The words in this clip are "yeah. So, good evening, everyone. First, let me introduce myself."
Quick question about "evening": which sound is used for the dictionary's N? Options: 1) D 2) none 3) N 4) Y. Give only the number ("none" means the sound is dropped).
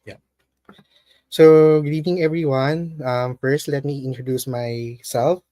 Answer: 2